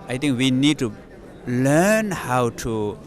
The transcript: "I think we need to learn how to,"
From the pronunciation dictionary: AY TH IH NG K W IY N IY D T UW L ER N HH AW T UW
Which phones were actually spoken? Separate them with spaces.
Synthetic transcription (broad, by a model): AY T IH NG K W IY N IY D T UW L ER N HH AW T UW